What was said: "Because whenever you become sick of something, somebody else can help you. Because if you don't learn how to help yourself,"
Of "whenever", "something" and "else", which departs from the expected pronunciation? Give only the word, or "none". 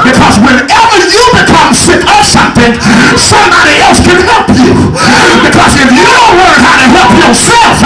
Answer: none